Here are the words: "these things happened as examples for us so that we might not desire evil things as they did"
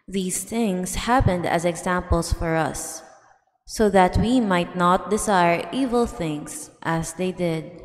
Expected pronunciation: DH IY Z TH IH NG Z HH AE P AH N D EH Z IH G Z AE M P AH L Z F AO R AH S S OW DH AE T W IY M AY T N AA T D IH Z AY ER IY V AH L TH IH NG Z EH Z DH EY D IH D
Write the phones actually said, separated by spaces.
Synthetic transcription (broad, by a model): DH IY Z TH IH NG S HH AE P AH N D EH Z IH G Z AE M P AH L S F AO R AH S S OW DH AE T W IY M AY T N AA T D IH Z AY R IY V AH L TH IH NG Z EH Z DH EY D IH D